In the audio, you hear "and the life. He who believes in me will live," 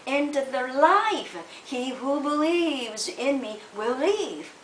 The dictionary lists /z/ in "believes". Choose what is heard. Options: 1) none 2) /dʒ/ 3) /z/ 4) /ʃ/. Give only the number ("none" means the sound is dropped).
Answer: 3